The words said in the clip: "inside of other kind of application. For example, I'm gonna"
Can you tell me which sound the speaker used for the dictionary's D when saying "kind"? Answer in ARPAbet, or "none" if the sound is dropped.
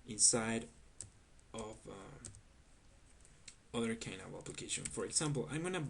none